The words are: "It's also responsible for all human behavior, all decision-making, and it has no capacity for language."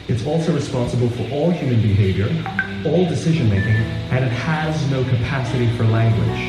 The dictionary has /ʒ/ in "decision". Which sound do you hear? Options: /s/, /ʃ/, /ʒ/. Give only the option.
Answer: /ʒ/